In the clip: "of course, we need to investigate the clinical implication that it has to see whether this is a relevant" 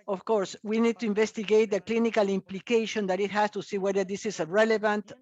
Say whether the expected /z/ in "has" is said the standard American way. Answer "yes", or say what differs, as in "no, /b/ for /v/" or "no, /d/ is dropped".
no, /s/ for /z/